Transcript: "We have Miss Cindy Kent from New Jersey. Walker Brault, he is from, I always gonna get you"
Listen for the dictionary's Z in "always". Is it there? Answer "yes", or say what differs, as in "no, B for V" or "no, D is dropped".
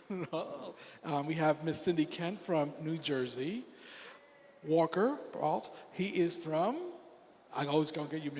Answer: yes